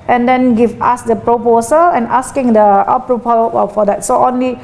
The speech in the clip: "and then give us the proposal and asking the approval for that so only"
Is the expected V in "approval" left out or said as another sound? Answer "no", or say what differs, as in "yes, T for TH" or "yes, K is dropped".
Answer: yes, P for V